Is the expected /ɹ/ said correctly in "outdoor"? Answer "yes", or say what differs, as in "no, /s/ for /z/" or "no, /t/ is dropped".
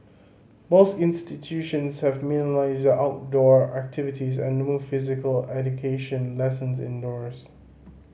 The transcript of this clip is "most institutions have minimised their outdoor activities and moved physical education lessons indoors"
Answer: yes